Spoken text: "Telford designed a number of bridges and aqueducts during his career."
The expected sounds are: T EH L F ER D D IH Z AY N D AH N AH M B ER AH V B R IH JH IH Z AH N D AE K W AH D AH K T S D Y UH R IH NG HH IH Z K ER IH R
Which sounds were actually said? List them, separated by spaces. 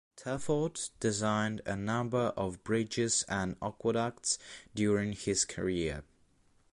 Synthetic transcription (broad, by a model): T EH F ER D D IH Z AY N D AH N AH M B ER AH V B R IH JH IH Z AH N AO K W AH D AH K T S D Y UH R IH NG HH IH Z K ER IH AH